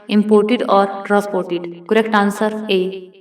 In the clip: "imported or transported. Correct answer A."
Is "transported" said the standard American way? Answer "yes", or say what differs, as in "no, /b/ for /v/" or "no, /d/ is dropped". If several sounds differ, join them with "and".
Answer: no, /n/ is dropped